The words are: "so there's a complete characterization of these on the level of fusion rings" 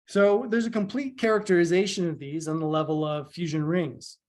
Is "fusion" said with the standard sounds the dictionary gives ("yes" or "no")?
yes